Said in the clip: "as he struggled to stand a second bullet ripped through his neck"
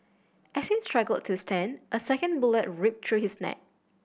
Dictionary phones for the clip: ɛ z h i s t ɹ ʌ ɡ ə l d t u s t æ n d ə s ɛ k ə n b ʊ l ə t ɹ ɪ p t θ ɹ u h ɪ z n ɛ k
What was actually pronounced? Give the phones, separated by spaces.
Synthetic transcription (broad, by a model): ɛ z h i s t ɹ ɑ ɡ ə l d t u s t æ n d ə s ɛ k ə n b ʊ l ə t ɹ ɪ p t ɹ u h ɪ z n ɛ k